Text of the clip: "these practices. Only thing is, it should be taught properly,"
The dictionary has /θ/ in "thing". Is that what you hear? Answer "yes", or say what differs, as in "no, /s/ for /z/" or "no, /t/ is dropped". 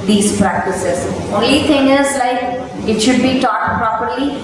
no, /t/ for /θ/